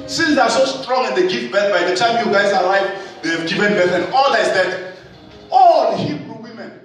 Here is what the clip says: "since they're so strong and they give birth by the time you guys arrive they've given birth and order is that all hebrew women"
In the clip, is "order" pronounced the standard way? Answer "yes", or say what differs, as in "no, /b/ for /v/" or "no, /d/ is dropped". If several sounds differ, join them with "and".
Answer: no, /l/ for /ɹ/